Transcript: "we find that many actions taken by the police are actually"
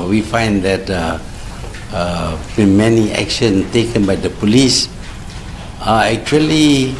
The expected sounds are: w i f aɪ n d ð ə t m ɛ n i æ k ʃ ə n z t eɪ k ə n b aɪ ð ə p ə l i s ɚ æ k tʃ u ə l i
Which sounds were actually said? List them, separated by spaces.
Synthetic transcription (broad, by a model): w i f aɪ n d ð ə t m ɛ n i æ k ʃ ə n t eɪ k ə n b aɪ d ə p ə l i s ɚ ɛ k tʃ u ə l i